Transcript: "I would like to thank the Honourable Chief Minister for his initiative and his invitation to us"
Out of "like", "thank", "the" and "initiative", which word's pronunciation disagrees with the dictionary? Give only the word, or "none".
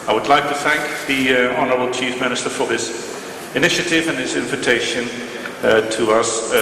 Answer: none